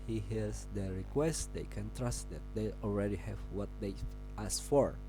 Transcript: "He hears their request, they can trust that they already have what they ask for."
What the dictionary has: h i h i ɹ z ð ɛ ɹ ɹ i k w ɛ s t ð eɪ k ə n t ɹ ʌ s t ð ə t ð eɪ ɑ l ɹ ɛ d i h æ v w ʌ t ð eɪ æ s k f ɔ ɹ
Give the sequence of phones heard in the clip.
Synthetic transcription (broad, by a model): h i h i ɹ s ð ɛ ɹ ɹ i k w ɛ s t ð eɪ k ə n t ɹ ʌ s t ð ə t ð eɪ ɑ l ɹ ɛ d i h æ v w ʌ t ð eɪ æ s f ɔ ɹ